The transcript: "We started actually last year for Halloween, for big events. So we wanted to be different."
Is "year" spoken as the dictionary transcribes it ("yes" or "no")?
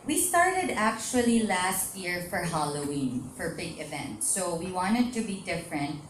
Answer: yes